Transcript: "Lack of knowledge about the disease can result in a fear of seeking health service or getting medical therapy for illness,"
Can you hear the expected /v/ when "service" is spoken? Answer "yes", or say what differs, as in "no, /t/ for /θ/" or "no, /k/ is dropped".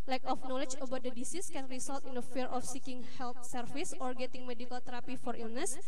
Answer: no, /f/ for /v/